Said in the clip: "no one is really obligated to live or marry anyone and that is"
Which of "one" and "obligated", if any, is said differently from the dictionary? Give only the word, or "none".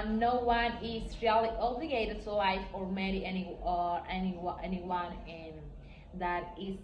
none